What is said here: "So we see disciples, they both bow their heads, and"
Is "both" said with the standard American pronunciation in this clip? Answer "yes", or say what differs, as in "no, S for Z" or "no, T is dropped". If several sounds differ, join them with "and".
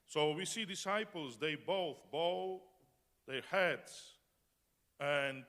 yes